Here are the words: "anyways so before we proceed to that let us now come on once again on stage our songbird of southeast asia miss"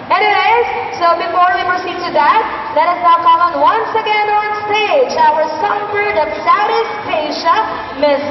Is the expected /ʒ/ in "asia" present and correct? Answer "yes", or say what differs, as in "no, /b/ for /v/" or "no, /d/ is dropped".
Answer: no, /ʃ/ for /ʒ/